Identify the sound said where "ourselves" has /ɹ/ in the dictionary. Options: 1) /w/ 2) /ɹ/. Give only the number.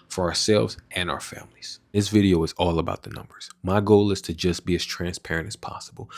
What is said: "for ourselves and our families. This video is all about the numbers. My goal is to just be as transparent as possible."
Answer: 2